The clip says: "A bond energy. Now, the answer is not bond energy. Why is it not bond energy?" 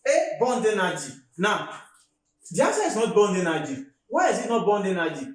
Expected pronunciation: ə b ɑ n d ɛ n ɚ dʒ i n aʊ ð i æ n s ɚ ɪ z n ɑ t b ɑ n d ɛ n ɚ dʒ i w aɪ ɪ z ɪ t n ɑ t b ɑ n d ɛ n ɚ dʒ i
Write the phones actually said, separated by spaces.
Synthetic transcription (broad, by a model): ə b ɑ n d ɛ n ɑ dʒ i n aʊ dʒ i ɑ s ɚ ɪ s n ɑ t b ɑ n d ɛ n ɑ dʒ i w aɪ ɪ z ɪ t n ɑ t b ɑ n d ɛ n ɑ dʒ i